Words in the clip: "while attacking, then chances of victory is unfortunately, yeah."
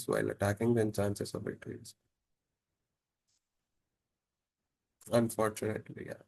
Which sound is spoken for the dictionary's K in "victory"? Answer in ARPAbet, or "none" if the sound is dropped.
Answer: none